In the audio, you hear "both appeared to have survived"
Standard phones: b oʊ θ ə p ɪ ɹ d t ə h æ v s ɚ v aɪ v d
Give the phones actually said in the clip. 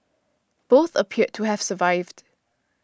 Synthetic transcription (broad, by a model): b oʊ θ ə p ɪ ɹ t ə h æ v s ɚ v aɪ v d